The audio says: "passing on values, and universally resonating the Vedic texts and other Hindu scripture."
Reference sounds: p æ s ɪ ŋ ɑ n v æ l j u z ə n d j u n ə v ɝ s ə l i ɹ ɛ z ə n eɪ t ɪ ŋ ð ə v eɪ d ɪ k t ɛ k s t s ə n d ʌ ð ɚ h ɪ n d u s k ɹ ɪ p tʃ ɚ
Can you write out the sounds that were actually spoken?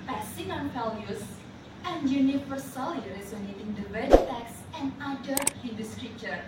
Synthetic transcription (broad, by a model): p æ s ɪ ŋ ɑ n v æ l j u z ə n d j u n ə f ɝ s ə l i ɹ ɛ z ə n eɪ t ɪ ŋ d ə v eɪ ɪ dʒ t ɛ k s s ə n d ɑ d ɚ h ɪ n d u s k ɹ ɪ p tʃ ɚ